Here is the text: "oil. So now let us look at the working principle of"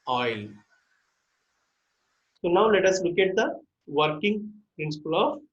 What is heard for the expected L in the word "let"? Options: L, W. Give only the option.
L